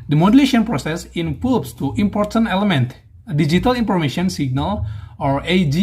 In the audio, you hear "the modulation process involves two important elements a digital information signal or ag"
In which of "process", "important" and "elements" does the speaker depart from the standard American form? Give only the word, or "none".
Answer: elements